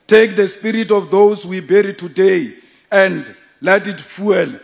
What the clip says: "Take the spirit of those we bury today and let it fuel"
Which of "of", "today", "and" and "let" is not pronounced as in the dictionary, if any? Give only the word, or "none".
of